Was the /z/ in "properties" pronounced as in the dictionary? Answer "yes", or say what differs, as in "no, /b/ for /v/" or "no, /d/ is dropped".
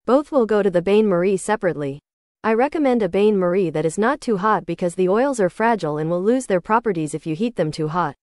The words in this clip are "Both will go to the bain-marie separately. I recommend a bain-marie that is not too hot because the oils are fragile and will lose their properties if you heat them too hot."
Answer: yes